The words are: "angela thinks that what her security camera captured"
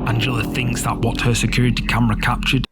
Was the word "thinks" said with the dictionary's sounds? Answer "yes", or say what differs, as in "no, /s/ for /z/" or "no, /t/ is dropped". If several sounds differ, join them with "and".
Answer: yes